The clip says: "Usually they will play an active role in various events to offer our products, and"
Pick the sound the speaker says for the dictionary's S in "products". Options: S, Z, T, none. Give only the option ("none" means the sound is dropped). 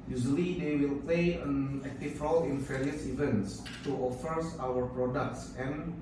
S